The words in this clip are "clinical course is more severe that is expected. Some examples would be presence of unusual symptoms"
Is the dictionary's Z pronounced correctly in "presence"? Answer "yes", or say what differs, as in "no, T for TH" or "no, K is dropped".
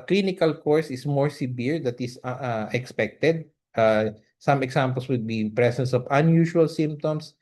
no, S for Z